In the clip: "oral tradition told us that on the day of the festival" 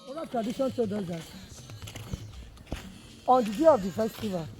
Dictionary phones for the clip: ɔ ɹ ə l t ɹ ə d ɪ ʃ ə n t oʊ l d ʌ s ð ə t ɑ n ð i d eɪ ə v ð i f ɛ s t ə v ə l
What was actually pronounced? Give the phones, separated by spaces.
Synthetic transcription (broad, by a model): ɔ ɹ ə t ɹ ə d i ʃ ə n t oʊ d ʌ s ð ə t ɑ n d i d eɪ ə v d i f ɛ s t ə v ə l